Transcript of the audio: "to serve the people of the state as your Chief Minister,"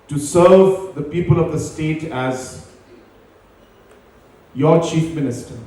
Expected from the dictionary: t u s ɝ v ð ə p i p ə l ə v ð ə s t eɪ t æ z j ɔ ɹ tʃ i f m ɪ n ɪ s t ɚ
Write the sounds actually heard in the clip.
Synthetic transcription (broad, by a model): t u s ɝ v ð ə p i p ə l ə v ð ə s t eɪ t æ z j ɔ tʃ i f m ɪ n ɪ s t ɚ